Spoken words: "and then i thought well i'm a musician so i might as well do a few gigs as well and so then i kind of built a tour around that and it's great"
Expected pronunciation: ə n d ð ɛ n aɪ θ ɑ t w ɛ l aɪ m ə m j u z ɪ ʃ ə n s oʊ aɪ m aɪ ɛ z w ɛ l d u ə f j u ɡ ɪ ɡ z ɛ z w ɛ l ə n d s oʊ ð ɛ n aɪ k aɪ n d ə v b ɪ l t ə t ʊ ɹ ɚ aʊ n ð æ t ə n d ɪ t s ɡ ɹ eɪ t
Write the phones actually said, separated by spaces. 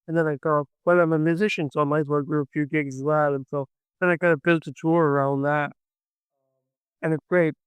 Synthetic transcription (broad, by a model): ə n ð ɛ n aɪ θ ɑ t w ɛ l aɪ m ə m j u z ɪ ʃ ə n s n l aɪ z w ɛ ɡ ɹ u ə f j u ɡ ɪ ɡ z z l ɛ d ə n s oʊ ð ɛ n aɪ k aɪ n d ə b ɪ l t ə t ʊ ɹ ɚ aʊ n ð æ t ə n ɪ t s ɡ ɹ eɪ t